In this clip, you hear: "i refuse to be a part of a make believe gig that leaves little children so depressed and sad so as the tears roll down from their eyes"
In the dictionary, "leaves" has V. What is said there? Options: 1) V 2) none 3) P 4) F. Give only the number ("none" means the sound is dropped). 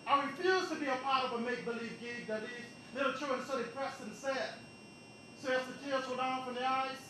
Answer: 2